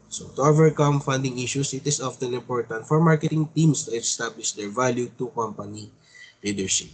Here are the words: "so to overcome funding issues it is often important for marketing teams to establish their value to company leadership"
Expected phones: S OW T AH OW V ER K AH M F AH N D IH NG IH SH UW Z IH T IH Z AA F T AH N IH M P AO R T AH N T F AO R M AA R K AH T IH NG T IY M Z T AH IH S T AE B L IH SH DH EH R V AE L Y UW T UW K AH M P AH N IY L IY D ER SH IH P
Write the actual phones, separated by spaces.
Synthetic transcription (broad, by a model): S OW T AH OW V ER K AH M F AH N D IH NG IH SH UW S IH T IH S AA F T AH N IH M P AO R T AH N T F AO R M AA R K AH T IH NG T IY M S T AH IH S T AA B L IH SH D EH R V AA L Y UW T UW K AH M P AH N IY L IY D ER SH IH P